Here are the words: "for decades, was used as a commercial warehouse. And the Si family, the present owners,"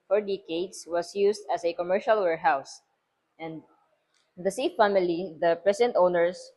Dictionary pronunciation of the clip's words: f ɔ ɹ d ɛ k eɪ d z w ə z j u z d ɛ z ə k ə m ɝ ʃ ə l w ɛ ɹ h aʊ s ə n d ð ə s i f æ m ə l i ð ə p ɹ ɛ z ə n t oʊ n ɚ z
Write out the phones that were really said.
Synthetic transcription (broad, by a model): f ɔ ɹ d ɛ k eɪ d s w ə s j u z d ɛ s ə k ə m ɝ ʃ ə l w ɛ ɹ h aʊ s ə n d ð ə s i f æ m ə l i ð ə p ɹ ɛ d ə n t oʊ n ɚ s